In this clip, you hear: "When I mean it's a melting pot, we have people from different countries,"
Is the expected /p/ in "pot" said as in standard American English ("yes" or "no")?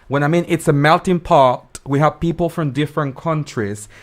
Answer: yes